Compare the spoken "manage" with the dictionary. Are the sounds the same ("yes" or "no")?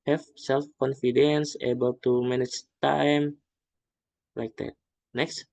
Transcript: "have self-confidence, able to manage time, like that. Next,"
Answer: no